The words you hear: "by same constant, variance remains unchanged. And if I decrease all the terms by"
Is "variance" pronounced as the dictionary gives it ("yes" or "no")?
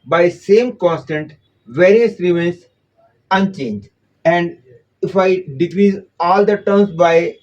no